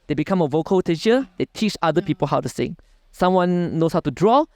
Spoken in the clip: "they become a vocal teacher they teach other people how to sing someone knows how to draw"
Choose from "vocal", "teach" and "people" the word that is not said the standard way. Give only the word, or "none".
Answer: none